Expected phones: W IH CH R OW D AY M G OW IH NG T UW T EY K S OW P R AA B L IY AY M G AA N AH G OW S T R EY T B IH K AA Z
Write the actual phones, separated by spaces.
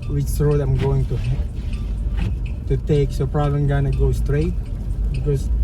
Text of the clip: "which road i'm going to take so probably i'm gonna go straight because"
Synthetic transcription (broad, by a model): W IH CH R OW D AY M G OW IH NG T UW T EY K S OW P R AA B L IY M G AA N AH G OW S T R EY T B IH K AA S